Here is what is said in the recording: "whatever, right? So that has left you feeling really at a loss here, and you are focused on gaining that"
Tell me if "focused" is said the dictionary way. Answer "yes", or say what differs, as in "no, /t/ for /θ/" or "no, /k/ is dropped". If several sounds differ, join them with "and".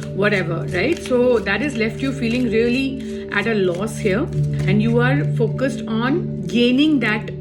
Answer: yes